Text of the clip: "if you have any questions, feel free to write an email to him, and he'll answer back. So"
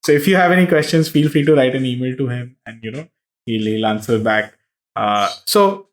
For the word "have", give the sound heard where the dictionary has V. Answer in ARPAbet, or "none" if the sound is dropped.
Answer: V